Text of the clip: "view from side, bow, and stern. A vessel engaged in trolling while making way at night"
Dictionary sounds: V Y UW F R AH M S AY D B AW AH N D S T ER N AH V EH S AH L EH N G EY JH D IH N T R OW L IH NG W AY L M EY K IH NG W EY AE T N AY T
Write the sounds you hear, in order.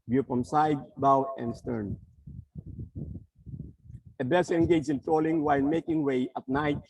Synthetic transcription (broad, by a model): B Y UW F R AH M S AY D B AW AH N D S T ER N AH B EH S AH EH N G EY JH IH N T R OW L IH NG W AY L M EY K IH NG W EY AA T N AY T